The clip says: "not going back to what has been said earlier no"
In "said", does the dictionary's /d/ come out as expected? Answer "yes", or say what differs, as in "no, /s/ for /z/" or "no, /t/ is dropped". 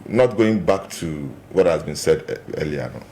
yes